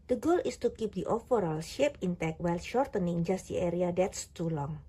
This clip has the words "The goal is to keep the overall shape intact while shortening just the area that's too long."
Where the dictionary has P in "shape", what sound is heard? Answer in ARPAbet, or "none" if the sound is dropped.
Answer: P